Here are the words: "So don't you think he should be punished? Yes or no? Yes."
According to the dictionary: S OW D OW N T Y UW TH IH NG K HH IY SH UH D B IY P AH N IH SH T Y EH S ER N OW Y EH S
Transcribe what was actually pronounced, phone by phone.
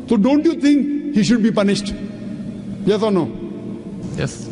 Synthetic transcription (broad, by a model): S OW D OW N T Y UW T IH NG K HH IY SH UH D B IY P AH N IH SH T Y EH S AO N OW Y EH S